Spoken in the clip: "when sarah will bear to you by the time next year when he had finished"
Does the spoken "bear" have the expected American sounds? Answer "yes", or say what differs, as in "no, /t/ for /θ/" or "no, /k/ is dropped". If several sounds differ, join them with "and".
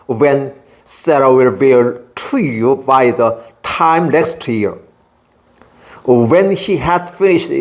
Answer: no, /l/ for /ɹ/